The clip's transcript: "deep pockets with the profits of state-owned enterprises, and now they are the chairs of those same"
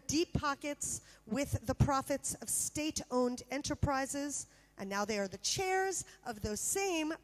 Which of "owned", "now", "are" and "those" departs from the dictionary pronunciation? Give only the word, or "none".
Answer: none